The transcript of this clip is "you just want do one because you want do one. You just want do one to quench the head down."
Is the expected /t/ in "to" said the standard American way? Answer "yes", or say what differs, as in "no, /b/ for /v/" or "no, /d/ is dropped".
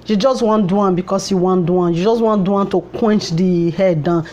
yes